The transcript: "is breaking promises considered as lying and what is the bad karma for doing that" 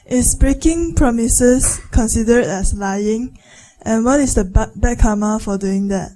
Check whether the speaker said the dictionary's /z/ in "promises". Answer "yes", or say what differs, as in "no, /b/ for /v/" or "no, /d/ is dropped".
no, /s/ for /z/